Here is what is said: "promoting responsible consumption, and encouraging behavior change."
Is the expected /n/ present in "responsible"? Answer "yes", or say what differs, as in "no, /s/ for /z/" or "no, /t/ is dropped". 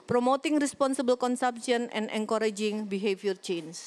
yes